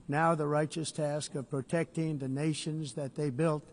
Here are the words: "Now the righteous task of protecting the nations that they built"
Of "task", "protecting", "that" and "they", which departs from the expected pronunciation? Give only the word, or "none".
none